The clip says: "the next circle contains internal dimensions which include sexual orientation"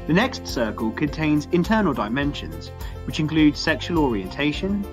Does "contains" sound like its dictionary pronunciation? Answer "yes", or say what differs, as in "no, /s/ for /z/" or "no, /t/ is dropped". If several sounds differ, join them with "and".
yes